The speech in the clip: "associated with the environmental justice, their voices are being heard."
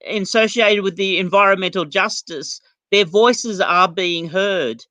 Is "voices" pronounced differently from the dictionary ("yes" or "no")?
no